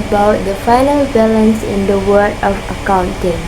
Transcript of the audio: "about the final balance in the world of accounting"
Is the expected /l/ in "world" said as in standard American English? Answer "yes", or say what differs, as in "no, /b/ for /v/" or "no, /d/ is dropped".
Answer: no, /l/ is dropped